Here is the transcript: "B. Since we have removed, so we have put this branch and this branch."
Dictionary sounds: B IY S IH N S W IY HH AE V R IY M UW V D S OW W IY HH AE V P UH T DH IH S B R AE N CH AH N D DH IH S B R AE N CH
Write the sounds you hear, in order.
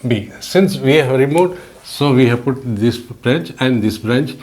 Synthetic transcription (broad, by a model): B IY S IH N S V IY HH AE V R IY M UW D S OW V IY HH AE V P UH T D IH S B R AE N CH AH N D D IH S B R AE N CH